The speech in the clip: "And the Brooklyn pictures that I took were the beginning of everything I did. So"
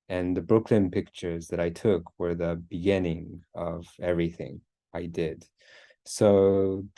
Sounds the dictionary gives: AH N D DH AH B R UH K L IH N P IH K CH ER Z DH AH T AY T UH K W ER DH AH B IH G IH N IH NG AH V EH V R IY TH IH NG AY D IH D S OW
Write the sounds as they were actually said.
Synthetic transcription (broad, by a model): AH N DH AH B R UH K L IH N P IH K CH ER Z DH AH T AY T UH K W ER DH AH B IH G IH N IH NG AH V EH V R IY TH IH NG AY D IH D S OW